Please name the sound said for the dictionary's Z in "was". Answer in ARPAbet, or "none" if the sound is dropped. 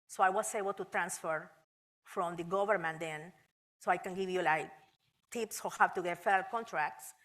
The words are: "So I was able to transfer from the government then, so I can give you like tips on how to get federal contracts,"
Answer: S